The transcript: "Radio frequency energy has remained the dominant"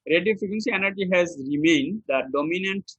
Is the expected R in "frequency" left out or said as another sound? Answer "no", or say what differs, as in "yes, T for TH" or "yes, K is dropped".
yes, R is dropped